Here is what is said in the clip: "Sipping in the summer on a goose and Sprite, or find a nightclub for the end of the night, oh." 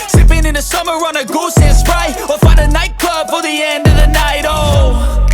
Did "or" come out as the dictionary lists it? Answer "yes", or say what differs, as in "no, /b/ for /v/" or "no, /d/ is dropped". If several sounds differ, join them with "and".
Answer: no, /l/ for /ɹ/